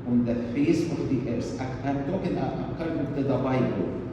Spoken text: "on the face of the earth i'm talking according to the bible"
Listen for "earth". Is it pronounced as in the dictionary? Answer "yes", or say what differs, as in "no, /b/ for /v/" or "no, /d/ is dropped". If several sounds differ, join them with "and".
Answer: no, /s/ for /θ/